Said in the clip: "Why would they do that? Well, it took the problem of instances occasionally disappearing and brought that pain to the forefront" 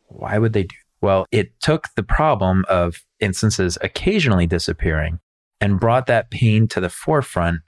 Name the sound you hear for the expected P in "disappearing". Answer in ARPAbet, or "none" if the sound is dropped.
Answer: P